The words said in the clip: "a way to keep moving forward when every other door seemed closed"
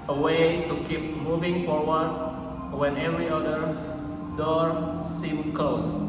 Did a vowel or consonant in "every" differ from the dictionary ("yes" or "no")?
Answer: no